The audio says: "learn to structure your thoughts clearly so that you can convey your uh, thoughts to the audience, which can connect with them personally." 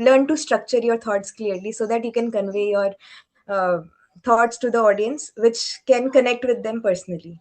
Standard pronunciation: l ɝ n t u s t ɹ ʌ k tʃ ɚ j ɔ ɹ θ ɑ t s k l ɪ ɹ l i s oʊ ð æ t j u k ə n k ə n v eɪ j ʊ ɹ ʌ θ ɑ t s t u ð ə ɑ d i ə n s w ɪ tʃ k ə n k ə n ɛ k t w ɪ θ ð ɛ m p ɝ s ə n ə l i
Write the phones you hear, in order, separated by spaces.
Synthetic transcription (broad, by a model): l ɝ n t u s t ɹ ʌ k tʃ ɚ j ɔ ɹ t ɑ t s k l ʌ ɹ l i s oʊ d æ t j u k ə n k ə n v eɪ j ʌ ɹ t ɑ t s t u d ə ɑ d i ə n s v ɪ tʃ k ə n k ə n ɛ k t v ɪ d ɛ m p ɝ s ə n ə l i